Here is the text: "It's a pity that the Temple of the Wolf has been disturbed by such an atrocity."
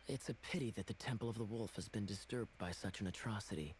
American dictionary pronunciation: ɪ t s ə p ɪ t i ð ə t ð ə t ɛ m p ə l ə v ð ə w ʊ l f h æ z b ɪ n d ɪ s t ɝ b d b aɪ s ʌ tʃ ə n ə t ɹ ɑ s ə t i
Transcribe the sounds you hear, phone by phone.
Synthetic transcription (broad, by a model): ɪ t s ə p ɪ t i ð ə t ð ə t ɛ m p l ə v ð ə w ʊ l f h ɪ z b ɪ n d ɪ s t ɝ b d b aɪ s ʌ tʃ ə n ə t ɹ ɑ s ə t i